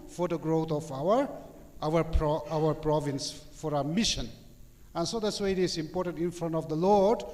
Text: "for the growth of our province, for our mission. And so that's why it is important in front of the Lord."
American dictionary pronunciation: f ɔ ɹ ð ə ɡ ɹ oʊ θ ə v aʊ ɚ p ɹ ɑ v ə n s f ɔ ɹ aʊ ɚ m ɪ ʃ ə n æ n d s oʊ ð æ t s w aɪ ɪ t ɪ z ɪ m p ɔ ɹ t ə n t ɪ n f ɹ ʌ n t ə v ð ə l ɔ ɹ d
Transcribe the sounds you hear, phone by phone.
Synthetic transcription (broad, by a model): f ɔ ɹ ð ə ɡ ɹ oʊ f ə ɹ aʊ ɚ p ɹ ɑ v ə n s f ɔ ɹ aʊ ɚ m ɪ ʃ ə n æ n s oʊ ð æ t s w aɪ ɪ t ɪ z ɪ m p ɔ ɹ t ə n t ɪ n f ɹ ʌ n t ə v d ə l ɔ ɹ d